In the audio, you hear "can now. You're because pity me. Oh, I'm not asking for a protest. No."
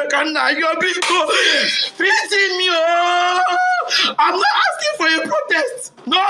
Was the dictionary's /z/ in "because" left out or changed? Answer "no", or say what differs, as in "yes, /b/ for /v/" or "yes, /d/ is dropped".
yes, /z/ is dropped